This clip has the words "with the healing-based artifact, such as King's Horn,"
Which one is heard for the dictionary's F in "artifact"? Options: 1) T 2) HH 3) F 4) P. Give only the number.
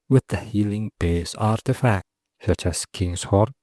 3